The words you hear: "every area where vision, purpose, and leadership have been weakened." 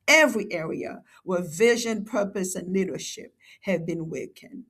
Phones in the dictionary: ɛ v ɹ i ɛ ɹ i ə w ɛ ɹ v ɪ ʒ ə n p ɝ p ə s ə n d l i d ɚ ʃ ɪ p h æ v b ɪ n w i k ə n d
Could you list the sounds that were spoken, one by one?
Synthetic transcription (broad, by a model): ɛ v ɹ i ɛ ɹ i ə w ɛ ɹ v ɪ ʒ ə n p ɝ p ə s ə n l i d ɚ ʃ ɪ p h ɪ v b ɪ n w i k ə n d